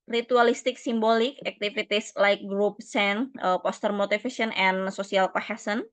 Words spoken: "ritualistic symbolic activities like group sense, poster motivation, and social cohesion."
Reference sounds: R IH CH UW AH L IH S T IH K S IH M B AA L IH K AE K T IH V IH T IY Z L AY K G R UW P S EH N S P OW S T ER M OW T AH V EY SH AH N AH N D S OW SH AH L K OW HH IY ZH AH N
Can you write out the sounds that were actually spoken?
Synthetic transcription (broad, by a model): R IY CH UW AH L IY S T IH K S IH M B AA L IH K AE K T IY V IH T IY S L AY K G R UW P S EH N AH P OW S T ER M OW T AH F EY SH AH N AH N S OW S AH L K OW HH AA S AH N